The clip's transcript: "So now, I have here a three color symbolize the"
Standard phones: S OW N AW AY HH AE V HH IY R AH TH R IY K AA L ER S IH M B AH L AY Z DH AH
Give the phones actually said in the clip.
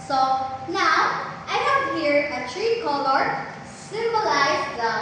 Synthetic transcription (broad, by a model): S OW N AW AY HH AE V HH IY R AH T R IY K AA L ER S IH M B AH L AY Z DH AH